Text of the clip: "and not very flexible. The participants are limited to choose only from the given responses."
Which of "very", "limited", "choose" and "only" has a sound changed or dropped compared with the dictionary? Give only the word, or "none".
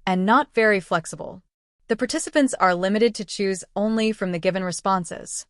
none